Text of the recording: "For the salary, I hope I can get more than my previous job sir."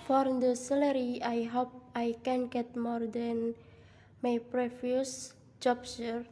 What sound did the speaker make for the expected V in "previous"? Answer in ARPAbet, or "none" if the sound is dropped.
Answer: F